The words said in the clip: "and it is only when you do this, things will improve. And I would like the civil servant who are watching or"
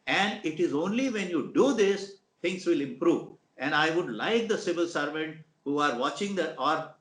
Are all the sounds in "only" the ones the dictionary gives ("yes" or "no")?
yes